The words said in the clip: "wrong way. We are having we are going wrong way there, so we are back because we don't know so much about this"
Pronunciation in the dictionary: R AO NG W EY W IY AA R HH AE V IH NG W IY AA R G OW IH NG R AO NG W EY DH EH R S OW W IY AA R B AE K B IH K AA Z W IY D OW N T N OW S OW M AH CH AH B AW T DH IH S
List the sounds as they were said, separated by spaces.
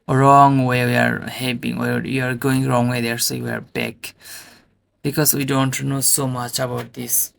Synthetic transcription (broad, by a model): R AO NG W EY W IY AA R HH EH P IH NG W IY AA R G OW IH NG R AO NG W EY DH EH R S OW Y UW AA R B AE K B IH K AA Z W IY D OW N T N OW S OW M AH CH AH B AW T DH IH S